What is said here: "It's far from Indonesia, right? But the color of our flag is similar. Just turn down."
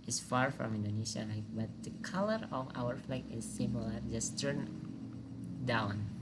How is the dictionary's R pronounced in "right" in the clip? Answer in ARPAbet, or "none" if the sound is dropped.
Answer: L